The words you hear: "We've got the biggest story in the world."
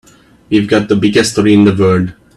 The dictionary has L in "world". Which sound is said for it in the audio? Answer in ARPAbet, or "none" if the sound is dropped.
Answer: none